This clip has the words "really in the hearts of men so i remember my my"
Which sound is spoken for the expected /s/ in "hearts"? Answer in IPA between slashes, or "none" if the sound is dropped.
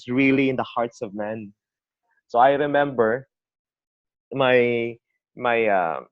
/s/